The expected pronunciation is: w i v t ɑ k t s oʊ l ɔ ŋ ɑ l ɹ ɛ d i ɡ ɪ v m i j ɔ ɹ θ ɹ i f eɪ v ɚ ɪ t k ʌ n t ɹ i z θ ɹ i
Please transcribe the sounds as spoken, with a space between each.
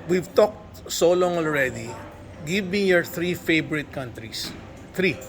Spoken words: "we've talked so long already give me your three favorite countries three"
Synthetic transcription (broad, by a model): w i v t ɑ k t s oʊ l ɔ ŋ ɑ l ɹ ɛ d i ɡ ɪ v m i j ɔ ɹ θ ɹ i f eɪ b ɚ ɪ t k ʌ n t ɹ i s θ ɹ i